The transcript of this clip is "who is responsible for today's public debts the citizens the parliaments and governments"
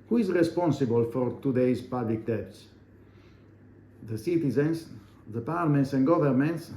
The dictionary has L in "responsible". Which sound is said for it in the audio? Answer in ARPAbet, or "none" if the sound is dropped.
L